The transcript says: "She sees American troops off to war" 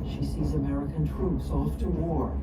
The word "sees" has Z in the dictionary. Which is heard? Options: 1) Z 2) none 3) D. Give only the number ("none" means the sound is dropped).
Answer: 1